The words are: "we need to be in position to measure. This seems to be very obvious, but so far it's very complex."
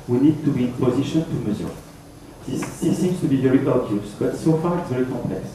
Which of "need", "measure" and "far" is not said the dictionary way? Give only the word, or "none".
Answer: measure